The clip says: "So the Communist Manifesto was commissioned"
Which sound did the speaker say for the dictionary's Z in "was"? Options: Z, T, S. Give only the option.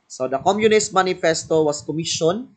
S